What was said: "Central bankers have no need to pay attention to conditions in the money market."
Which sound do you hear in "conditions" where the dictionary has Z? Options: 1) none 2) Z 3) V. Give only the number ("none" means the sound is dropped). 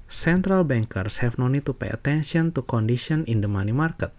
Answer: 1